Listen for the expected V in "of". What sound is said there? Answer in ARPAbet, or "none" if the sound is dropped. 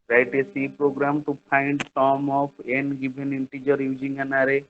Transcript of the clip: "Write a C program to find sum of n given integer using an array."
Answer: P